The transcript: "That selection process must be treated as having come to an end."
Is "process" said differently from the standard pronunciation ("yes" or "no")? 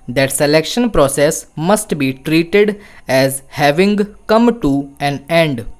no